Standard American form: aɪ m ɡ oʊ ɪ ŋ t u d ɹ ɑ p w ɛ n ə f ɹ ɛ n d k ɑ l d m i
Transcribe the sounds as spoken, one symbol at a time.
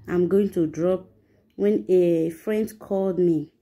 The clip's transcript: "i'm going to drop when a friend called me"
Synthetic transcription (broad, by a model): aɪ m ɡ oʊ ɪ ŋ t u d ɹ ɑ p w ɛ n ə f ɹ ɛ n d k ɑ l d m i